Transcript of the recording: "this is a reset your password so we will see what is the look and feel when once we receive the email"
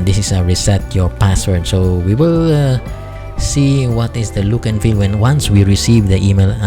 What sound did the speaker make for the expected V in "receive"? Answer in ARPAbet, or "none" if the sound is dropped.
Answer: V